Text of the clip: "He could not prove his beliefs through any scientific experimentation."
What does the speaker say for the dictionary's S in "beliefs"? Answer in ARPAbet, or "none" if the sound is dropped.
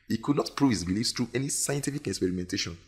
S